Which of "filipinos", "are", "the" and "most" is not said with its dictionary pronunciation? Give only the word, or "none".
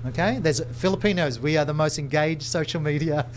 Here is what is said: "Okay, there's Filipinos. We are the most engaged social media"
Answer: none